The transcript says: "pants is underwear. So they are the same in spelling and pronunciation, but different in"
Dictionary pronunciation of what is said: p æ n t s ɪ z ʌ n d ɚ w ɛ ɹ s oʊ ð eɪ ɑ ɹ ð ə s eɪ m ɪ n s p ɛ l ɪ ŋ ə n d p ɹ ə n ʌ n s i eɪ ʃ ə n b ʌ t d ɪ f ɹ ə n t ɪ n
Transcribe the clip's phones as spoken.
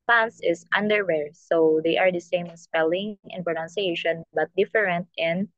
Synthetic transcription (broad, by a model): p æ n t s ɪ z ʌ n d ɚ w ɛ ɹ s oʊ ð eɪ ɑ ɹ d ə s eɪ ɪ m s p ɛ l ɪ ŋ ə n p ɹ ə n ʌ n s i eɪ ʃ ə n b ʌ t d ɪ f ɹ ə n t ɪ n